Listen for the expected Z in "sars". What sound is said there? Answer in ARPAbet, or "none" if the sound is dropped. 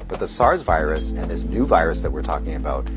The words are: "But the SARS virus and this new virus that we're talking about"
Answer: Z